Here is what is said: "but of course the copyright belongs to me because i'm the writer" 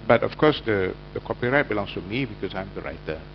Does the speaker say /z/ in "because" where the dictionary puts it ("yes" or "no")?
no